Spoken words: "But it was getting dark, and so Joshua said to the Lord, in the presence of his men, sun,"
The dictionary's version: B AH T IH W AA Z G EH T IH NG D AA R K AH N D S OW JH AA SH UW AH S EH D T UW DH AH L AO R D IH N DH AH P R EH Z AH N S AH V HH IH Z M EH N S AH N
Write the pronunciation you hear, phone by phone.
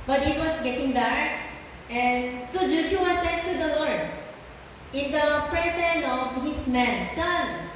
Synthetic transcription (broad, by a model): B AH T IH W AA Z G EH T IH NG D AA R AH N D S OW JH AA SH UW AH S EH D T UW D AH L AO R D IH N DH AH P R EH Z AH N AH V HH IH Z M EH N S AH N